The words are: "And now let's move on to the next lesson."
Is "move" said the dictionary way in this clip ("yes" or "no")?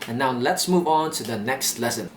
yes